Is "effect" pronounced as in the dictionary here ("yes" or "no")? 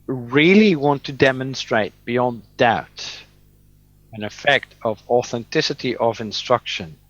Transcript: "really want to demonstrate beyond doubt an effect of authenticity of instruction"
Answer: yes